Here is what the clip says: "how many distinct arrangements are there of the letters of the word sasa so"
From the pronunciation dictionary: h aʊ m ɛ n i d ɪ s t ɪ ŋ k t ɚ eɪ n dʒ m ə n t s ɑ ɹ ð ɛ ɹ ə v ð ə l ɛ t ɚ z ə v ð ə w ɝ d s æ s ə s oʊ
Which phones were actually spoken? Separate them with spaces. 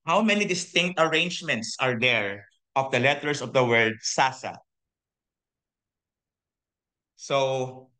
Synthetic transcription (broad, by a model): h aʊ m ɛ n i d ɪ s t ɪ ŋ k t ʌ eɪ n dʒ m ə n t s ɑ ɹ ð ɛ ɹ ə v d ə l ɛ t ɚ s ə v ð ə w ɝ d s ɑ s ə s oʊ